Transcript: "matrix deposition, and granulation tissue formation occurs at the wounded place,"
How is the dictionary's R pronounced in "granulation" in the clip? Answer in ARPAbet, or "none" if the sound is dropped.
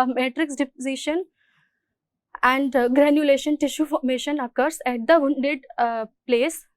R